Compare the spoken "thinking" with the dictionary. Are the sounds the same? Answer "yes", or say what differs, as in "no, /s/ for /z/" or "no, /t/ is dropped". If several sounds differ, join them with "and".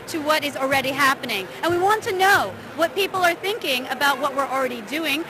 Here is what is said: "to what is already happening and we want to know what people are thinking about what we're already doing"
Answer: yes